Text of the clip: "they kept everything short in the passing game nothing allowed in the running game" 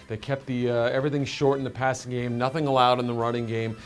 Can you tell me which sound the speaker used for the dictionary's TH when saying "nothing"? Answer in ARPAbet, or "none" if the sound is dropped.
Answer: TH